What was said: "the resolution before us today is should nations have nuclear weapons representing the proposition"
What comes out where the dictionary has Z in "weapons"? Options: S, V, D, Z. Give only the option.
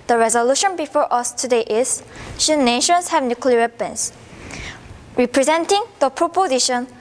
S